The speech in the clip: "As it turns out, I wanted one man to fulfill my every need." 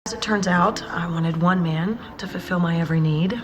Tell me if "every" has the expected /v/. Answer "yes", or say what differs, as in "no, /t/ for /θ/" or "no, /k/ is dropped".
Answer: yes